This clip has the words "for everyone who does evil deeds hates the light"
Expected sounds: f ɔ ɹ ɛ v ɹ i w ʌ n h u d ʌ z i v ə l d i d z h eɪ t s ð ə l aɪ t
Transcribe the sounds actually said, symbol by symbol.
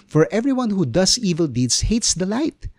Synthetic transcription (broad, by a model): f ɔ ɹ ɛ v ɹ i w ʌ n h u d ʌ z i v ə l d i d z h eɪ t s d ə l aɪ t